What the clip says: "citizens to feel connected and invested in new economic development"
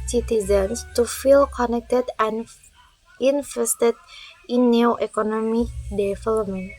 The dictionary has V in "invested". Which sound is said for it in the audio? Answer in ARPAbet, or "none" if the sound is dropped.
F